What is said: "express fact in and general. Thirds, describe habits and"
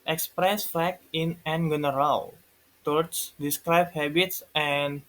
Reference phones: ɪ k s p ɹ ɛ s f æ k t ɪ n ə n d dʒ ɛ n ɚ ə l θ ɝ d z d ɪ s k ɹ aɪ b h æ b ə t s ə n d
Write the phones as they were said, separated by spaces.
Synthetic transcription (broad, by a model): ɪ k s p ɹ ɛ s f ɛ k ɪ n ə n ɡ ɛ n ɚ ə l t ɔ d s d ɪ s k ɹ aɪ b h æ b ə t s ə n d